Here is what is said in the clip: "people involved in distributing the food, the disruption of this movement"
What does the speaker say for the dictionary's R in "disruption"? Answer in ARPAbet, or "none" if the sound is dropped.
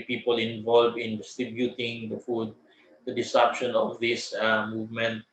none